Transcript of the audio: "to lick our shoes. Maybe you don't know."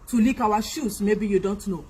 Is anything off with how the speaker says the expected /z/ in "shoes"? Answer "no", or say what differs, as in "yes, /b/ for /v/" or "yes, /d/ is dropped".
yes, /s/ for /z/